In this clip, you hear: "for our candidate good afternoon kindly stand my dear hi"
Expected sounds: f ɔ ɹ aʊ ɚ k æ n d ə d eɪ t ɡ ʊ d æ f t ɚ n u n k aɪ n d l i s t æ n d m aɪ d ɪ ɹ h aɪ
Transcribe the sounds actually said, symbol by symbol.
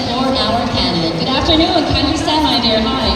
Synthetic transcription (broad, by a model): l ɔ ɹ aʊ ɚ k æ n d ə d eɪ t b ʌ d æ f t ɚ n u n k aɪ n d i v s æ d m aɪ d ɪ ɹ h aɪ